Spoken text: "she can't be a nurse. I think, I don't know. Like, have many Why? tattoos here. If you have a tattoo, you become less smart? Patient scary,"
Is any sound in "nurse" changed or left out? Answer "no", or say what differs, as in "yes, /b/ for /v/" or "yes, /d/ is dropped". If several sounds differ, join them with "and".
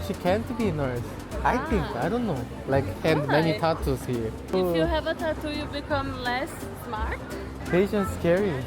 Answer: no